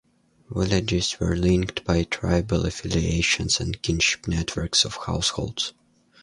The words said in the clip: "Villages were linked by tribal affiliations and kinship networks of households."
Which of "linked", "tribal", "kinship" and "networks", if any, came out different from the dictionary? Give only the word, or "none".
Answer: none